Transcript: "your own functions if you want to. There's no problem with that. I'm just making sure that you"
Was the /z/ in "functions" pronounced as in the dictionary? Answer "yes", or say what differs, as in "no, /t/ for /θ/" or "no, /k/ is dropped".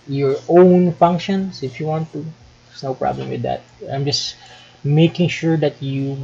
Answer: no, /s/ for /z/